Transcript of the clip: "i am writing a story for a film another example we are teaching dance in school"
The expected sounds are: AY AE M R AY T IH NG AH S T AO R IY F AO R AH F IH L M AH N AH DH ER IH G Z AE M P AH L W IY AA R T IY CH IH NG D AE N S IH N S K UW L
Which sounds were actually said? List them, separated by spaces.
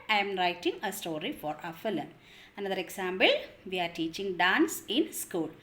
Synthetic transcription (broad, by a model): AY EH M R AY T IH NG AH S T AO R IY F AO R AH F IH L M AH N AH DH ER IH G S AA M B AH L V IY AA R T IY CH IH NG D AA N S IH N S K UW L